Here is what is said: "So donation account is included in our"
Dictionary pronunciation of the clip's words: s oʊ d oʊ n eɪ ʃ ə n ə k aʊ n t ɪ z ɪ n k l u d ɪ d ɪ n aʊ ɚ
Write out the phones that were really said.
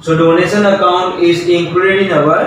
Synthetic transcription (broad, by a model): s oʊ d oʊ n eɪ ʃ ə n ə k aʊ n t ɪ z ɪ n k u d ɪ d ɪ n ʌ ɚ